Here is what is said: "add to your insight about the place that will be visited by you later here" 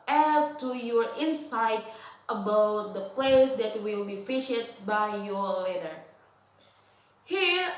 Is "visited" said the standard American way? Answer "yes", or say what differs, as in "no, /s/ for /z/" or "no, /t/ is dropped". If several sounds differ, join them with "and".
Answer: no, /f/ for /v/